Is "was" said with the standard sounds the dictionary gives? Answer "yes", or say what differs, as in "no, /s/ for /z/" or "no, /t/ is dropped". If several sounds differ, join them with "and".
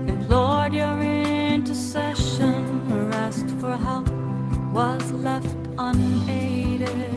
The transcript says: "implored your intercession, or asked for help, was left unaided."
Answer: yes